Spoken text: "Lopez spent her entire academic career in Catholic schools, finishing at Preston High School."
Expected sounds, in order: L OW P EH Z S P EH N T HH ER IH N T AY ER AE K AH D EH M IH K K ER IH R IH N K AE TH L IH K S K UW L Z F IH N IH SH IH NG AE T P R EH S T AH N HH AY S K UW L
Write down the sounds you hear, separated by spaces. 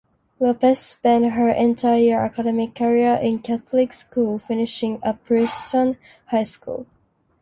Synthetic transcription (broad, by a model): L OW P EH S P EH N T HH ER IH N T AY ER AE K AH D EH M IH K K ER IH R IH N K AE TH L IH K S K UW L F IH N IH SH IH NG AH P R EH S T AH N HH AY S K UW L